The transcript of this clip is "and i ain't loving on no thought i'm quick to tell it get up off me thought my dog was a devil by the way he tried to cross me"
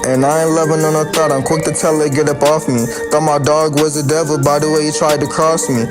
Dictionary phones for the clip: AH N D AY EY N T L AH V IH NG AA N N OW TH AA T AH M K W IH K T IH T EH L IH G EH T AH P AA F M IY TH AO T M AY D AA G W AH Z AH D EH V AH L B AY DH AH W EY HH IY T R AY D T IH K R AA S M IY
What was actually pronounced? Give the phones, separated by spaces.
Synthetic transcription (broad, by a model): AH N AY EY L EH V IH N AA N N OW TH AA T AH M K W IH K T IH T EH L IH G EH T AH P AA F M IY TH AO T M AY D AA G W AH Z AH D EH V AH L B AY DH AH W EY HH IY T R AY D T IH K R AA S M IY